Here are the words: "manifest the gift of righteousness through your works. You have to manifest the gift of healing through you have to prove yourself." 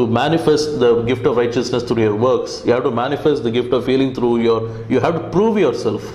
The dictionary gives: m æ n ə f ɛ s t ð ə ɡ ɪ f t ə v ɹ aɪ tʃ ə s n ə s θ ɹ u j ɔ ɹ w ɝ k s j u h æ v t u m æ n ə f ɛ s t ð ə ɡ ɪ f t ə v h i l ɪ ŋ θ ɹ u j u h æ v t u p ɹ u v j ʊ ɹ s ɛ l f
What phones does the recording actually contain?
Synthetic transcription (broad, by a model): m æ n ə f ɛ s t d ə ɡ ɪ f t ə v ɹ aɪ tʃ ə s n ə s t ɹ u j ɔ ɹ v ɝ k s j u h æ v t u m æ n ə f ɛ s t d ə ɡ ɪ f t ə v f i l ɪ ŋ t ɹ u j u h æ v t u p ɹ u v j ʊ ɹ s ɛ l f